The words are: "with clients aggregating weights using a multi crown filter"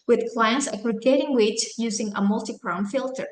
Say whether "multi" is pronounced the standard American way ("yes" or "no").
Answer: yes